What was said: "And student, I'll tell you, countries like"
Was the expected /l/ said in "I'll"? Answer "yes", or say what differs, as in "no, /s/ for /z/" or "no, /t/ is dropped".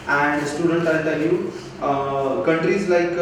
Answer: no, /n/ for /l/